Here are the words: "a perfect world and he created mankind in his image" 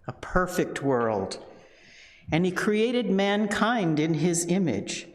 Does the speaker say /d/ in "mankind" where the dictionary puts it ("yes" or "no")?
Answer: yes